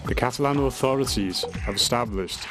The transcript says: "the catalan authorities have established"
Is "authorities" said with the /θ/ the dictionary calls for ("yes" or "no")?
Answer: yes